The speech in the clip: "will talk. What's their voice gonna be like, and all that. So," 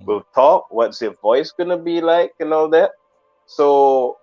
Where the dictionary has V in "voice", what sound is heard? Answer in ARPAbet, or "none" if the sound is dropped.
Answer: V